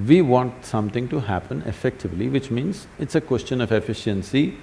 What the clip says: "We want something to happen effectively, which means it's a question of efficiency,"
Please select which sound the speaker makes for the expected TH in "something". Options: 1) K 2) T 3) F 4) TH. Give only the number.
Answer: 2